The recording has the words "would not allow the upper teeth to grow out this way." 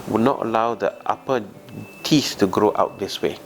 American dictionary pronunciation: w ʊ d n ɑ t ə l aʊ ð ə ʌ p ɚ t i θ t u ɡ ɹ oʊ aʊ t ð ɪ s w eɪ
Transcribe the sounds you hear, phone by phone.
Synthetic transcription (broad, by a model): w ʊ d n ɑ t ə l aʊ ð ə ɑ p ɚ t i s t u ɡ ɹ oʊ aʊ t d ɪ s w eɪ